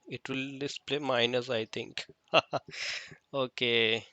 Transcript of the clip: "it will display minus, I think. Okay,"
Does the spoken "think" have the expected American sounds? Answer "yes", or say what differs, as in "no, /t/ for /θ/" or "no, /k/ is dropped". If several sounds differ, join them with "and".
no, /t/ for /θ/